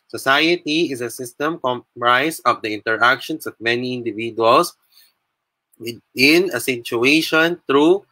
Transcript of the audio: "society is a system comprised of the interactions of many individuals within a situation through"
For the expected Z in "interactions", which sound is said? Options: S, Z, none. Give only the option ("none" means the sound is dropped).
S